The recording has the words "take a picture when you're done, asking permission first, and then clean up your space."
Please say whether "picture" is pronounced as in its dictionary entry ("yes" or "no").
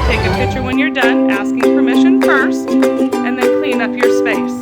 yes